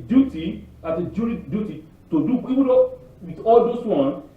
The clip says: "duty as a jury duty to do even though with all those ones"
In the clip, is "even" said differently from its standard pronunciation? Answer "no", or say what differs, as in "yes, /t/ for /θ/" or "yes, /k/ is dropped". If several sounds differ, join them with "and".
yes, /w/ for /v/